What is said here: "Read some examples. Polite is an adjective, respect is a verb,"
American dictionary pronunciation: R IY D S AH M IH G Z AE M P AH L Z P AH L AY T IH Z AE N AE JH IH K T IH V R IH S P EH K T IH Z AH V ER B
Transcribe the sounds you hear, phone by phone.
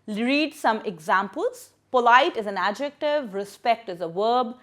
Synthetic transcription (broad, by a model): R IY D S AH M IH G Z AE M P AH L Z P AH L AY T IH Z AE N AE JH IH K T IH V R IH S P EH K T IH Z AH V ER B